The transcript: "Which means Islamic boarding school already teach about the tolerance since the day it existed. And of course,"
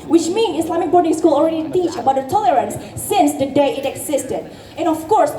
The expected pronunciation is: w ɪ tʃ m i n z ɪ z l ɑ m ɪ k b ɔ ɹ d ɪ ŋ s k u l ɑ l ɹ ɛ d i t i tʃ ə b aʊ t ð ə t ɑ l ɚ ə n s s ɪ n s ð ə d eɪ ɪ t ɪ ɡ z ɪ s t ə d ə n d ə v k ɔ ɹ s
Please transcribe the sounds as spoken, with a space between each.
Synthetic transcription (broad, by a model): w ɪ tʃ m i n ɪ s l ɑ m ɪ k b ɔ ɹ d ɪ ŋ s k u l ɑ l ɹ ɛ d i t i tʃ ə b aʊ t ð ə t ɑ l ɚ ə n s s ɪ n s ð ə d eɪ ɪ t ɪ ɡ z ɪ s t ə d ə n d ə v k ɔ ɹ s